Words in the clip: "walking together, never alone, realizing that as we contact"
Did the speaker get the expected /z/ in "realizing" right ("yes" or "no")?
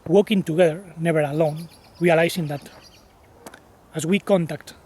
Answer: no